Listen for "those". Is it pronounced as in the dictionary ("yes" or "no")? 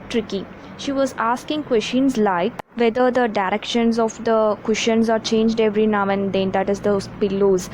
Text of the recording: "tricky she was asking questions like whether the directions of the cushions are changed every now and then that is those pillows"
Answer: no